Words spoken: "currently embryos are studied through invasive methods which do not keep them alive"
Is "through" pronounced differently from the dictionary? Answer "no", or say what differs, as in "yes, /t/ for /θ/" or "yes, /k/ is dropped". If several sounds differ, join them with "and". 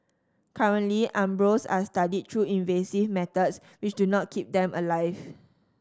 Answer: yes, /t/ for /θ/